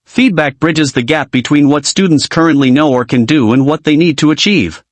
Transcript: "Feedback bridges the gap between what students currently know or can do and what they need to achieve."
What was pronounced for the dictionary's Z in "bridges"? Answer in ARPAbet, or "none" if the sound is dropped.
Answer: Z